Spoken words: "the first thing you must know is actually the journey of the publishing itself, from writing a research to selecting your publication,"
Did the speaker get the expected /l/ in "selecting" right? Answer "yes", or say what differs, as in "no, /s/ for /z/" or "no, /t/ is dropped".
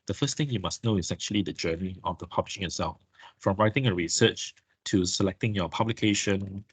yes